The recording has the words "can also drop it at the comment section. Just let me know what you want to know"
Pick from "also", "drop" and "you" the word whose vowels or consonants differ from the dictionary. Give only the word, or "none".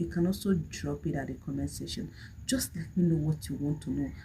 also